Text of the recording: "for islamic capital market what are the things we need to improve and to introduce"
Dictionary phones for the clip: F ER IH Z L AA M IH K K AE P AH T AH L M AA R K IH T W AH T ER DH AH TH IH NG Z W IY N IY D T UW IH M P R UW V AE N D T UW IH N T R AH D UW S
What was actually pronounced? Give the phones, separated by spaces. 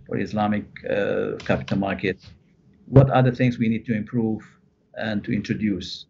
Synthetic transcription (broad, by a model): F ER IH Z L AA M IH K K AE P AH T AH L M AA R K IH T W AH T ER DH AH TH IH NG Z W IY N IY D T UW IH M P R UW V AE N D T UW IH N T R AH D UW S